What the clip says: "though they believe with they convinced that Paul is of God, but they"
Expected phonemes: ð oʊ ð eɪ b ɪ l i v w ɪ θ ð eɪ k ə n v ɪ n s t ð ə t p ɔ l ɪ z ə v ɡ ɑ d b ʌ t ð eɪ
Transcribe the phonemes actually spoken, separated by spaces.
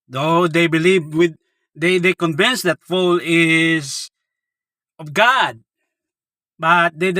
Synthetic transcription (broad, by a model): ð oʊ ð eɪ b ɪ l i v w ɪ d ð eɪ k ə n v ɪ n s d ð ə t f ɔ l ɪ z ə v ɡ ɑ d b ʌ t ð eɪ